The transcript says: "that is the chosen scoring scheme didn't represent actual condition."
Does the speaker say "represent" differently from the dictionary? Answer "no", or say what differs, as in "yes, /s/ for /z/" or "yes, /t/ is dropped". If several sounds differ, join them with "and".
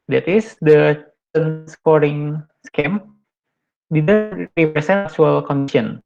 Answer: yes, /s/ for /z/